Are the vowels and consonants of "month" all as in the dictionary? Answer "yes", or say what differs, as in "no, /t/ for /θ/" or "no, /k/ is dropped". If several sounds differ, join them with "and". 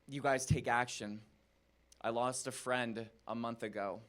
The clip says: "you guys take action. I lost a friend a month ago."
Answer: yes